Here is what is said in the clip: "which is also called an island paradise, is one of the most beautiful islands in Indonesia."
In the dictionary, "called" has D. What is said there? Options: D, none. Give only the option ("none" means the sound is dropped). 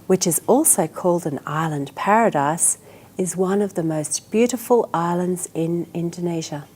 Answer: D